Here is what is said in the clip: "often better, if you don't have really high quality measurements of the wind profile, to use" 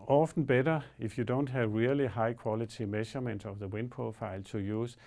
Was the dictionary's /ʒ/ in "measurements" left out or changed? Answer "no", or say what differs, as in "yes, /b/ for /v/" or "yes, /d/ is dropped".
yes, /ʃ/ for /ʒ/